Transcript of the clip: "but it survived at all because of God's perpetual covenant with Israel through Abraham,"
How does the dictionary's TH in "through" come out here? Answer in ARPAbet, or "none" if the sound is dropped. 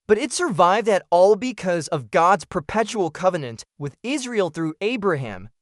TH